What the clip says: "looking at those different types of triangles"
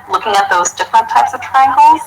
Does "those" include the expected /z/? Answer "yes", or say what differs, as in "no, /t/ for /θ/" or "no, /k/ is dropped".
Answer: yes